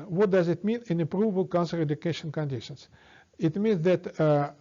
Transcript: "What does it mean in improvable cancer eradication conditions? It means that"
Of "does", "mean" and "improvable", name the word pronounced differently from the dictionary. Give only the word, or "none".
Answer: improvable